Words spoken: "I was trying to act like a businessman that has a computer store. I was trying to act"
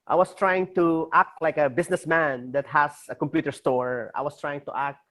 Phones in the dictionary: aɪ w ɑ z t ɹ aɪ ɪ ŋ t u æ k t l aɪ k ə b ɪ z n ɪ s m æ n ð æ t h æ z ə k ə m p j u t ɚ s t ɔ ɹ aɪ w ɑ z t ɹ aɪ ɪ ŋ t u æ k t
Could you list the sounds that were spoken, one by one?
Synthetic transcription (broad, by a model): aɪ w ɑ s t ɹ aɪ ɪ ŋ t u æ k t l aɪ k ə b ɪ s n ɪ s m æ n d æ t h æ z ə k ə m p j u t ɚ s t ɔ ɹ aɪ w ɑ s t ɹ aɪ ɪ ŋ t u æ k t